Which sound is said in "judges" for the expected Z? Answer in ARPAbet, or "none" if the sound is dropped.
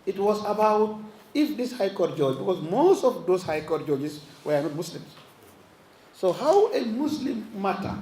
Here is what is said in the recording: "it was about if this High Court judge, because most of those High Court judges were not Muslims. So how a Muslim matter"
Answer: S